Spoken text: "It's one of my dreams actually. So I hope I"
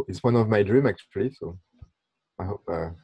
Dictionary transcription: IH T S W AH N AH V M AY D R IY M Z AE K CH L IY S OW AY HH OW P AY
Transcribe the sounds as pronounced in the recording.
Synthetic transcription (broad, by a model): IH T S W AH N AH V M AY D R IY M AE K CH L IY S OW AY HH OW P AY